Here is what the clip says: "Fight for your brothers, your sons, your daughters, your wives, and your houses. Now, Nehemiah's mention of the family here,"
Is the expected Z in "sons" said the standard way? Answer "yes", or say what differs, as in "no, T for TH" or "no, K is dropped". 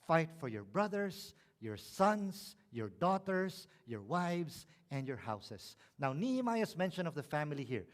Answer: no, S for Z